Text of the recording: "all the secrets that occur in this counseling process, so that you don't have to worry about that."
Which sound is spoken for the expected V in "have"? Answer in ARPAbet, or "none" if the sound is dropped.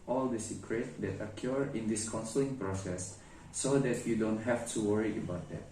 F